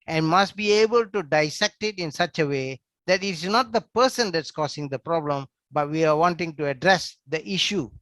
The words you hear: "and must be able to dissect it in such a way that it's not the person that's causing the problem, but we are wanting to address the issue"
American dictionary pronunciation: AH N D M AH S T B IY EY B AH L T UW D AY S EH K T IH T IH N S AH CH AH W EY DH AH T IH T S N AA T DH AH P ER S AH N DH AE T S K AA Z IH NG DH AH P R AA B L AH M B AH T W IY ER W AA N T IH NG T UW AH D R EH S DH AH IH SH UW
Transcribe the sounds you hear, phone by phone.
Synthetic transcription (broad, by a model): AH N M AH S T B IY EY B AH L T UW D AY S EH K T IH T IH N S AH CH AH W EY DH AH T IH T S N AA T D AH P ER S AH N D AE T S K AA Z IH NG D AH P R AA B L AH M B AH T W IY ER W AA N T IH NG T UW AH D R EH S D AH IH SH UW